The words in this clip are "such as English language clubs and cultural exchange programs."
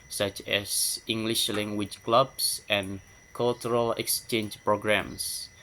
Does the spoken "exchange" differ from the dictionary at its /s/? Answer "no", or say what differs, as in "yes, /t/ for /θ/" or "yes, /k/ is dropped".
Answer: no